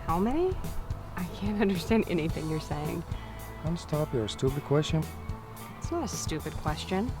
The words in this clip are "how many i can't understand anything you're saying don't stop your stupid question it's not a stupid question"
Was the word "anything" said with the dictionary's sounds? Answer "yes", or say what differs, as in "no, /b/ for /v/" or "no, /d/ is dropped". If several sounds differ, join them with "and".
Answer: yes